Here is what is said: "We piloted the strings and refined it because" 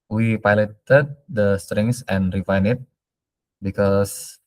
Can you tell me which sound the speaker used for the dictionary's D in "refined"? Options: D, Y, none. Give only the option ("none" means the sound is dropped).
none